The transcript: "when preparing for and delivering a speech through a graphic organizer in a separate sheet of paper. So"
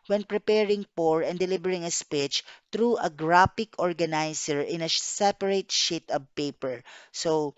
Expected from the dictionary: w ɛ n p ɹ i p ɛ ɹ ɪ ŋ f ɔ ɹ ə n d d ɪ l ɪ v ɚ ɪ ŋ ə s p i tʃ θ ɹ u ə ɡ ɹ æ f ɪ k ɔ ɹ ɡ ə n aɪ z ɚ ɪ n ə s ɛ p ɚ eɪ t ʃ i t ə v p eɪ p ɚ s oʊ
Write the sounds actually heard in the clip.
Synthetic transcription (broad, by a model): w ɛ n p ɹ i p ɛ ɹ ɪ ŋ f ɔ ɹ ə n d d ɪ l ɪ b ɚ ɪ ŋ ə s p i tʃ t ɹ u ə ɡ ɹ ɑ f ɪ k ɔ ɹ ɡ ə n aɪ s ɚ ɪ n ə s ɛ p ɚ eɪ t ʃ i t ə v p eɪ p ɚ s oʊ